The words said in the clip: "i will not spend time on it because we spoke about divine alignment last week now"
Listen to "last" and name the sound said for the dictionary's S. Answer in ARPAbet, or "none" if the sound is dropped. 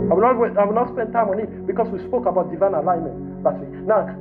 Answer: none